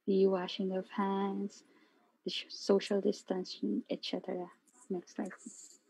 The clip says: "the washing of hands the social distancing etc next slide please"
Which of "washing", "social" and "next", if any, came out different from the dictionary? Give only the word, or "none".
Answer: none